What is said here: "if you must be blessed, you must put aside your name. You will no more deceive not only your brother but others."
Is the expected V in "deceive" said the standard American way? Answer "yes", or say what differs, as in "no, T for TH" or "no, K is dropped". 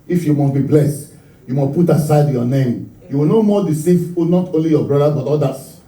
no, F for V